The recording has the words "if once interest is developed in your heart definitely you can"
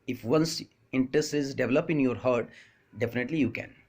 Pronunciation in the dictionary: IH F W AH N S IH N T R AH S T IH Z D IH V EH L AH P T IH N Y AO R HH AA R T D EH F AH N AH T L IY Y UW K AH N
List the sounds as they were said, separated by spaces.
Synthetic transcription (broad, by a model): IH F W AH N S IH N T R AH S T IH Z D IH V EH L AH P IH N Y AO R HH AA R T D EH F AH N AH T L IY Y UW K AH N